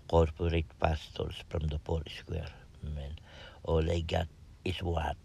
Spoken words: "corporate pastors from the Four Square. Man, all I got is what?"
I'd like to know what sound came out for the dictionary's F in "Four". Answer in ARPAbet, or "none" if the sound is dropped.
P